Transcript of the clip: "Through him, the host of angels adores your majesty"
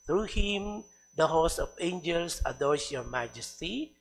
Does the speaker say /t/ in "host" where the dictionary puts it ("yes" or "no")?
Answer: no